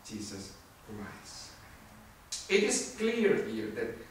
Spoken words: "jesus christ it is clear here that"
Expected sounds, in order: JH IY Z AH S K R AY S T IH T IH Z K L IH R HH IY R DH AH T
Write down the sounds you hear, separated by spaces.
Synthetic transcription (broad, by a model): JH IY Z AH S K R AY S IH T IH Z K L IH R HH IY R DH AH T